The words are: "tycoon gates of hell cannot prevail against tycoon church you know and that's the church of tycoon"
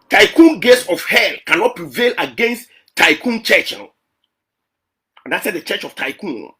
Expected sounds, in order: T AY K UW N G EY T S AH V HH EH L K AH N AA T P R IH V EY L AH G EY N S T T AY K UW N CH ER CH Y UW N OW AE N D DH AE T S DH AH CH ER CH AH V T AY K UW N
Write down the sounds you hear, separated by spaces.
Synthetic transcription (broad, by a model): T AY K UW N G EY T S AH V HH EH L K AH N AA T P R IH V EY L AH G EY N S T T AY K UW N CH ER CH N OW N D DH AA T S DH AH CH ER CH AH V T AY K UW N